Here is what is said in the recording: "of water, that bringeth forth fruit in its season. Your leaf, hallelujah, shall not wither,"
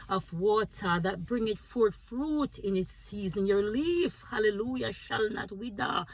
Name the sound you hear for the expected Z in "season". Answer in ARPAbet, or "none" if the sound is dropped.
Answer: Z